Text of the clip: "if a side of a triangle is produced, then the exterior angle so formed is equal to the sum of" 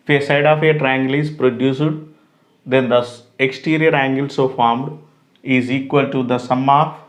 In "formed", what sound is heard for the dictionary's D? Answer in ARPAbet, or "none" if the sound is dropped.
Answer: D